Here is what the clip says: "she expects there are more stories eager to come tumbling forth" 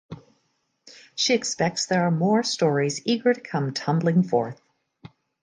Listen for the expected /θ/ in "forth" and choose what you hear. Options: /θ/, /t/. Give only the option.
/θ/